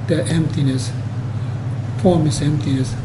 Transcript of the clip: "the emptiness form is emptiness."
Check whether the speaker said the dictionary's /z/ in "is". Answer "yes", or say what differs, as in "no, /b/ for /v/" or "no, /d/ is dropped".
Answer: no, /s/ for /z/